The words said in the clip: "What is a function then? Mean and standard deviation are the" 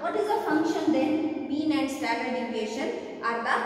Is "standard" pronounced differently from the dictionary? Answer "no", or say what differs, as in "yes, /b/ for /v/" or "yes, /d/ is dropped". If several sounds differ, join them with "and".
yes, /n/ is dropped